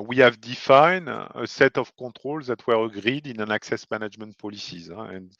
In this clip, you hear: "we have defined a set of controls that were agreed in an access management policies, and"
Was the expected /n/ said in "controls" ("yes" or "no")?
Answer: no